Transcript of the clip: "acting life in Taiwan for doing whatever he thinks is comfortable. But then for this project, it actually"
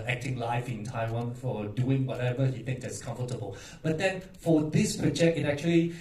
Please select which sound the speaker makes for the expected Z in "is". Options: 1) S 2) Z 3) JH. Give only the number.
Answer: 1